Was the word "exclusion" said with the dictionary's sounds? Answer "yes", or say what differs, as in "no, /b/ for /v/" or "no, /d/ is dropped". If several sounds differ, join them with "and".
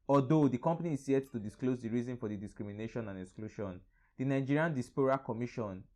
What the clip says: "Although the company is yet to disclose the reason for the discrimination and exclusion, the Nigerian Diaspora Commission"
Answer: no, /ʃ/ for /ʒ/